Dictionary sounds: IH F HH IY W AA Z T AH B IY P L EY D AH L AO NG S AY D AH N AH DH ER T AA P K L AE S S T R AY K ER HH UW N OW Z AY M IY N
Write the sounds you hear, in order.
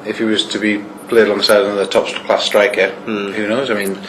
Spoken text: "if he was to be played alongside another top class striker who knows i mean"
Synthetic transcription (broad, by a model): IH F HH IY W AA Z T AH B IY P L EY D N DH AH S AY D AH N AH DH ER T AA P K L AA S S T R AY K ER HH UW N OW Z AY M IY N